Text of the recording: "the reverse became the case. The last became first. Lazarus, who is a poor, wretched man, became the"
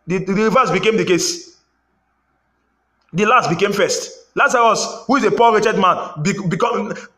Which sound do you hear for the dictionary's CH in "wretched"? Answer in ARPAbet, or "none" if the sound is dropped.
CH